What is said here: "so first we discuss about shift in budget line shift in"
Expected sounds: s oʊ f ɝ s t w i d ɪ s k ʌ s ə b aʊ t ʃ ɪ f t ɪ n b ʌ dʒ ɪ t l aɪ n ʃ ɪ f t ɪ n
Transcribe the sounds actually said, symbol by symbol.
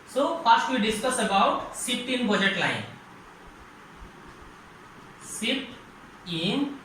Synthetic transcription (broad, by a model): s oʊ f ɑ s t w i d ɪ s k ʌ s ə b aʊ t s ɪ p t ɪ n b ʌ dʒ ɪ t l aɪ n s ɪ t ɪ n